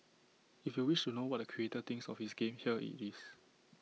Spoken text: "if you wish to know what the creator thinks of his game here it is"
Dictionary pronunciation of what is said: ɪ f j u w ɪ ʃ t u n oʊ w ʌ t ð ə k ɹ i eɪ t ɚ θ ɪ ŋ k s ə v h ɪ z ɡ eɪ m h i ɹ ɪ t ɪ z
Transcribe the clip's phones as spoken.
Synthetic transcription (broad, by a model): ɪ f j u w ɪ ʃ t u n oʊ w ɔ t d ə k ɹ i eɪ t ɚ t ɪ ŋ s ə f h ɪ s ɡ eɪ m h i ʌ ɪ t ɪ s